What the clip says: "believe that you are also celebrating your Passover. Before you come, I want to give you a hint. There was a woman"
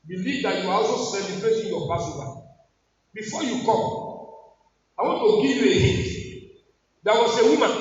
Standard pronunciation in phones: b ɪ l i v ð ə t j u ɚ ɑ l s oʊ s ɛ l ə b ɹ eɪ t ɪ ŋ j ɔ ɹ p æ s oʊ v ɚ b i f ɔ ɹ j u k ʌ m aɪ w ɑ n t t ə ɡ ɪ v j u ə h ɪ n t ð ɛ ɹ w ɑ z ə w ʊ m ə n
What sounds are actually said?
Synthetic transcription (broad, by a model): b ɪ l i v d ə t j u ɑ ɑ l s oʊ s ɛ l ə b ɹ eɪ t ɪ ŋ j ɔ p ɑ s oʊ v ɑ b i f ɔ j u k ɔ m aɪ w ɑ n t t ə ɡ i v j u ə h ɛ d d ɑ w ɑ s ə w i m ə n